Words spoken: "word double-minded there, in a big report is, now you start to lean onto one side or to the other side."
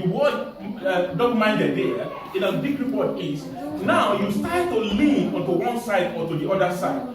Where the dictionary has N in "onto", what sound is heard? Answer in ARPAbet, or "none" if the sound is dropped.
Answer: none